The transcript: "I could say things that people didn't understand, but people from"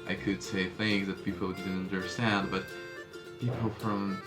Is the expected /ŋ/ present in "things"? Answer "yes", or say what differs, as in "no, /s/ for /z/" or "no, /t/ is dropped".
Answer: yes